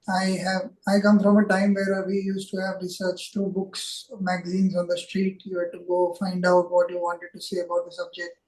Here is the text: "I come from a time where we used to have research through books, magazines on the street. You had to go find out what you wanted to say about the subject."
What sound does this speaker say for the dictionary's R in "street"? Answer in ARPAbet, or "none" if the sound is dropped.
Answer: R